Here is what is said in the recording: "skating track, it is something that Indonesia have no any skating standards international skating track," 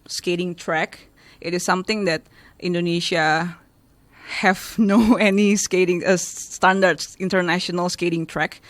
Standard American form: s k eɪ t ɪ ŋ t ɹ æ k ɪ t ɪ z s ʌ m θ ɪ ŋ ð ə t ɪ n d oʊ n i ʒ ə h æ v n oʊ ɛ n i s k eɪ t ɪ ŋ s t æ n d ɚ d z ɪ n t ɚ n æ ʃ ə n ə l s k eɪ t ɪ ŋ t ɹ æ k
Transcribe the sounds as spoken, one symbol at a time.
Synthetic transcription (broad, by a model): s k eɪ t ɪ ŋ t ɹ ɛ k ɪ t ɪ s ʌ m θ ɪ ŋ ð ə t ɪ n d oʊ n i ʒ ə h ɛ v n oʊ ɛ n i s k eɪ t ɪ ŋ s t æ n d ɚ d ɪ n t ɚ n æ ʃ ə n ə l s k eɪ t ɪ ŋ t ɹ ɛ k